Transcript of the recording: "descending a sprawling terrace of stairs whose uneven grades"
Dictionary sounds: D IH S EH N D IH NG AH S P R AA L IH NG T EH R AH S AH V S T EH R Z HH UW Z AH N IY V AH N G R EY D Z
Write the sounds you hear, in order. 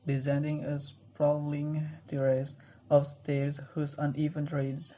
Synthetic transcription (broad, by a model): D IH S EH N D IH NG AH S P R AA L IH NG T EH R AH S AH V S T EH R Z HH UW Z AH N IY V AH N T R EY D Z